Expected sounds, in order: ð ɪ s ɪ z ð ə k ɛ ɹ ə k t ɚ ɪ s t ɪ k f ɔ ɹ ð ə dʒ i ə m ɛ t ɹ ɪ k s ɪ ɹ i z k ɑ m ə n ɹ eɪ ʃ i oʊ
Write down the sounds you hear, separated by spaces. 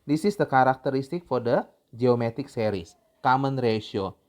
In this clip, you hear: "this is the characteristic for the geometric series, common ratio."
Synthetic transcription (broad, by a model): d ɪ s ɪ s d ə k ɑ ɹ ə k t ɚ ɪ s t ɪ k f ɔ ɹ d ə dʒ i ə m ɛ t ɪ k s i ɹ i s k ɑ m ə n ɹ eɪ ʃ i oʊ